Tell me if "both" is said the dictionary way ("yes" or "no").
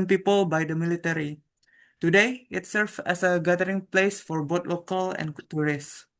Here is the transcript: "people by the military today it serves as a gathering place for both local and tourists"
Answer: no